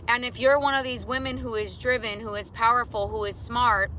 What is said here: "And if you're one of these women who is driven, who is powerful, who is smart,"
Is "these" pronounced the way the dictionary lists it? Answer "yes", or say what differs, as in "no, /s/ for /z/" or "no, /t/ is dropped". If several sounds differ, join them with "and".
yes